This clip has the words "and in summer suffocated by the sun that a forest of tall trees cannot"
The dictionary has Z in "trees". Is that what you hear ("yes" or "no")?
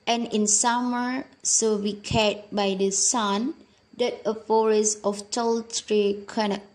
no